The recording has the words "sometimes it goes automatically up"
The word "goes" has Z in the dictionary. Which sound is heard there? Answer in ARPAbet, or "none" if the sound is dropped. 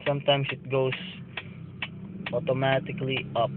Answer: S